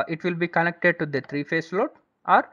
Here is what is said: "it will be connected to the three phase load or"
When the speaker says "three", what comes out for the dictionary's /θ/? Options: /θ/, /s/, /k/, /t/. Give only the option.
/t/